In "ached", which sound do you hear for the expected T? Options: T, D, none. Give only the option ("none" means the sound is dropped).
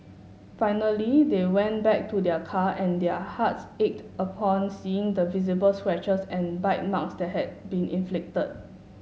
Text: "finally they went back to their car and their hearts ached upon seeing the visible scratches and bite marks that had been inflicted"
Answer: T